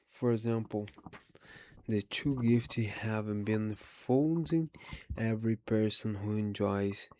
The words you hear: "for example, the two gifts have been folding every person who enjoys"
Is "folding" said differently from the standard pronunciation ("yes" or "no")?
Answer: yes